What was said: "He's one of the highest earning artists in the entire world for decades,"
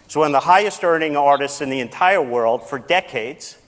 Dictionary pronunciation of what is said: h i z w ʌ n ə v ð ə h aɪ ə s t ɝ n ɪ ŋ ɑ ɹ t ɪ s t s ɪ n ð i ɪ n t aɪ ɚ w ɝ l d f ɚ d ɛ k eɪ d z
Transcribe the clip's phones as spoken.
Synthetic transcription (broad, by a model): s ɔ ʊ ə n ð ə h aɪ ə s t ɝ n ɪ ŋ ɑ ɹ t ɪ s t s ɪ n ð i ɪ n t aɪ ɚ w ɝ l d f ɚ d ɛ k eɪ d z